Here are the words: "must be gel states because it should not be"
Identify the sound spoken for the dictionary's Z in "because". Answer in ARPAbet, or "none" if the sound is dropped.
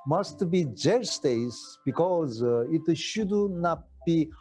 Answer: Z